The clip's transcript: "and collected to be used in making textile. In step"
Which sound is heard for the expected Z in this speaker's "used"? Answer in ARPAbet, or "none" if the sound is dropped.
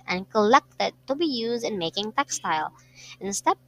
Z